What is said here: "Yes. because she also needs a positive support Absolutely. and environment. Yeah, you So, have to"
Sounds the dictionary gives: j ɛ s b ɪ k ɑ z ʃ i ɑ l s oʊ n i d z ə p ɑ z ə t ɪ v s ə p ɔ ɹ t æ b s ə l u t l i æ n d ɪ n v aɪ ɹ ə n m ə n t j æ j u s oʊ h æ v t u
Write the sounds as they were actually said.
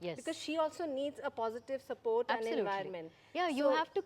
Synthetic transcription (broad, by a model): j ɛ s b ɪ k ɑ z ʃ i ɑ l s oʊ n i d z ə p ɑ z ə t ɪ v s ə p ɔ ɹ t t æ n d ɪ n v aɪ ə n m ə n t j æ j u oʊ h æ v t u